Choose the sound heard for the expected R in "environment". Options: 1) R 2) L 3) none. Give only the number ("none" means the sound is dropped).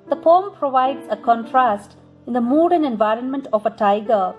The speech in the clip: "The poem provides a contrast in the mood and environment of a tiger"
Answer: 1